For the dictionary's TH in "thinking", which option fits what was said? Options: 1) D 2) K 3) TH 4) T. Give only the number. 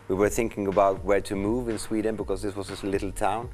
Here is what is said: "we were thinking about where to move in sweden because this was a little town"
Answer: 3